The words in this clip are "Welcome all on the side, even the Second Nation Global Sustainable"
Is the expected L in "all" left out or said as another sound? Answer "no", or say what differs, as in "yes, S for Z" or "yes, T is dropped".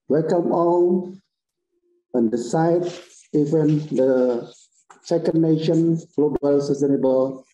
yes, N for L